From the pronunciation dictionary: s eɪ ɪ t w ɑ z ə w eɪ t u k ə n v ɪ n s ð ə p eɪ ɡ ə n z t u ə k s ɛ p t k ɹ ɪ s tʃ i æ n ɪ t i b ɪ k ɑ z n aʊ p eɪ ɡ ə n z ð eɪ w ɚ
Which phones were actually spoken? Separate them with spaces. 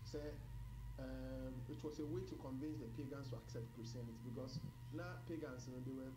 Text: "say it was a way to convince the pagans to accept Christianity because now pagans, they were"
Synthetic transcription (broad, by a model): s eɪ ɪ t w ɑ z ə w eɪ t u k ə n v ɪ n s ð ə p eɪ ɡ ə n s t u ə k s ɛ p t k ɹ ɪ s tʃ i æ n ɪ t i b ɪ k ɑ s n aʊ p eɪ ɡ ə n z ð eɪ w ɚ